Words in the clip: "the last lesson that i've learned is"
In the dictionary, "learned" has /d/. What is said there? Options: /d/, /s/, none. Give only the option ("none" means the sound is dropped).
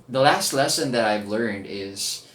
/d/